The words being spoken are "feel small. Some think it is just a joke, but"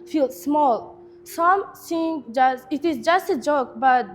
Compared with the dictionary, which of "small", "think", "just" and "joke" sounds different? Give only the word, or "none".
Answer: think